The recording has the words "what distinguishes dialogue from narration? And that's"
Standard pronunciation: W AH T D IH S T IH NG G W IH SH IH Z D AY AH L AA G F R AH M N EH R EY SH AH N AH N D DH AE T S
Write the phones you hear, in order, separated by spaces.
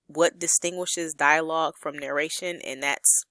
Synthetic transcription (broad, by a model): W AH T D IH S T IH NG G W IH SH IH Z D AY AH L AA G F R AH M N EH R EY SH AH N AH N DH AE T S